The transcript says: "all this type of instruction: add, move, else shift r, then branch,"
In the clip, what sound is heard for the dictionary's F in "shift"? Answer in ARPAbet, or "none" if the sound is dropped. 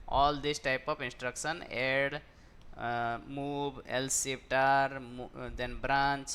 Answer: P